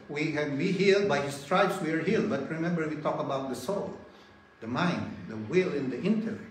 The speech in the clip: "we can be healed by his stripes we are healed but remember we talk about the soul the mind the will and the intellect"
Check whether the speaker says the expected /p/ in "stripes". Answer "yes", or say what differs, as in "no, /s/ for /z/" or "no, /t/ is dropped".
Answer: no, /b/ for /p/